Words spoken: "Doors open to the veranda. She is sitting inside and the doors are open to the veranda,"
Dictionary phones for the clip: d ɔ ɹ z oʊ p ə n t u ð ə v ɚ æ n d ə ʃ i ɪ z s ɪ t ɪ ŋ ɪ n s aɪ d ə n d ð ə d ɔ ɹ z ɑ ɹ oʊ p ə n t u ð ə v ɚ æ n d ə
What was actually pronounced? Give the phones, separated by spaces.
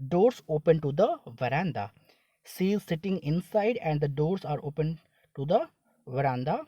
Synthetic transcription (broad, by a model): d ɔ ɹ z oʊ p ə n t u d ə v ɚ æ n d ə s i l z s ɪ t ɪ ŋ ɪ n s aɪ d ə n d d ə d ɔ ɹ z ɑ ɹ oʊ p ə n t u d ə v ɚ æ n d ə